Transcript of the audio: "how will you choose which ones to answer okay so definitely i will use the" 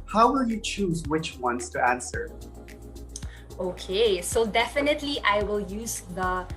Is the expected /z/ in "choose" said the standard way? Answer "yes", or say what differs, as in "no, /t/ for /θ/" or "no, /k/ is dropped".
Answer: yes